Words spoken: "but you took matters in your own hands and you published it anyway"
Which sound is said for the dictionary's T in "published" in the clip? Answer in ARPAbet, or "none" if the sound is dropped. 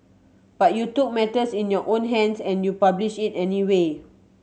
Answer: none